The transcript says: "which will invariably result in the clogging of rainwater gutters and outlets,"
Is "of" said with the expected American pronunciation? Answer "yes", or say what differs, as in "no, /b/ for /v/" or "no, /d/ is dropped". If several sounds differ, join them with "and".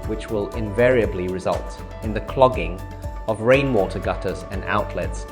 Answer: yes